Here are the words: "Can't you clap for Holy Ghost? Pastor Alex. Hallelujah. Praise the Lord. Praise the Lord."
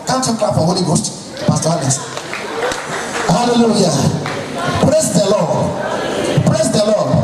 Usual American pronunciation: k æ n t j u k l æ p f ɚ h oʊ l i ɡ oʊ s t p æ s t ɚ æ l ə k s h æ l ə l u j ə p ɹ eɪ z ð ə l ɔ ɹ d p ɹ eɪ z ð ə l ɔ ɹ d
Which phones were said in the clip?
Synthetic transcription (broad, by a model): k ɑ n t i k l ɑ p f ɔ h oʊ l i ɡ oʊ s t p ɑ s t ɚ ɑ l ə s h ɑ l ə l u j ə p ɹ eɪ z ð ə l ɔ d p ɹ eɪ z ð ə l ɔ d